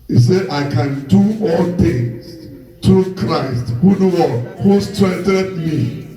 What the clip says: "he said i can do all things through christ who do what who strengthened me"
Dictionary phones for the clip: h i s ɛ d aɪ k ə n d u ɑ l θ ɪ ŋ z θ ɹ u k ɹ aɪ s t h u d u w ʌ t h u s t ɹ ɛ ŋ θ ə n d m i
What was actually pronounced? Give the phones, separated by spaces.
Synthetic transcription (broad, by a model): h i s ɛ d aɪ k ə n d u ɑ l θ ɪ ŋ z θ ɹ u k ɹ aɪ s t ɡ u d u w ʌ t h u s t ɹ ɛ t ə d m i